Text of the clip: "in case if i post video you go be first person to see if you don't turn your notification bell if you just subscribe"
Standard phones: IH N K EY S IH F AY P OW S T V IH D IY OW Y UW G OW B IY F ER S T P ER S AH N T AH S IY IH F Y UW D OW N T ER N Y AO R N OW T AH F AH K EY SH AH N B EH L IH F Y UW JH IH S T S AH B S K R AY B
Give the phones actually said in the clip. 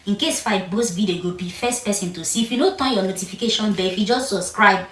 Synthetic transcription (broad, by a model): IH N K EY S F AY B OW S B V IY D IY G OW B IY F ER S T P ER S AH N T AH S IY IH F Y UW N OW T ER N Y AO N OW T AH F AH K EY SH AH N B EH IH F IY JH IH S T S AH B S K R AY B